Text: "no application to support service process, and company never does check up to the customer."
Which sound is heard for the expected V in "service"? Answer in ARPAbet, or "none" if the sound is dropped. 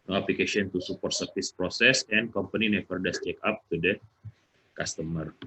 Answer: F